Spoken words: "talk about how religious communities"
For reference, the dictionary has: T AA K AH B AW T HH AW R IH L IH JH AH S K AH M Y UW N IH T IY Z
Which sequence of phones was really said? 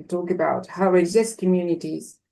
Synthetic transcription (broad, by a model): T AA K AH B AW T HH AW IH IH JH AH S K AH M Y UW N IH T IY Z